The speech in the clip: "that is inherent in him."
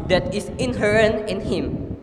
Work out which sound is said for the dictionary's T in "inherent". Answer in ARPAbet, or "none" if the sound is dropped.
none